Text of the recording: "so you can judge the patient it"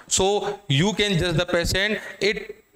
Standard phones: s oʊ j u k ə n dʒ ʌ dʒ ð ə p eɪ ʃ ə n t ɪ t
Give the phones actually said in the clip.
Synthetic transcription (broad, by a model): s oʊ j u k ə n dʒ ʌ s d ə p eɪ s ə n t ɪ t